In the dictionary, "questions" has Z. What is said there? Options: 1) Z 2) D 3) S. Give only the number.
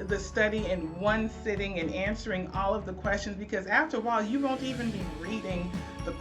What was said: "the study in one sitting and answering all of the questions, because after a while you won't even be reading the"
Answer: 1